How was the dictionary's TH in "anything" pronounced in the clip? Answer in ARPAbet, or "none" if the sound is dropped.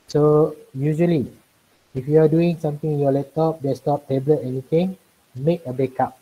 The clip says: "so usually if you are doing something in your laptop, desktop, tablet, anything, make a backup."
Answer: T